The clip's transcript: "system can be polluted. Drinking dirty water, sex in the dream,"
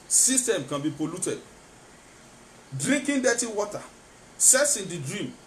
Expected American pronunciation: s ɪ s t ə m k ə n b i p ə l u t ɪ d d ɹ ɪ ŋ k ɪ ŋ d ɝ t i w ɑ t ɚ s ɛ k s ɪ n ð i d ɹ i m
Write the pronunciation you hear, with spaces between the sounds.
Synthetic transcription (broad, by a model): s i s t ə m k ə n b i p ə l u t ɪ d d ɹ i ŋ k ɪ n d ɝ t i w ɑ t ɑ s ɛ s ɪ n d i d ɹ i m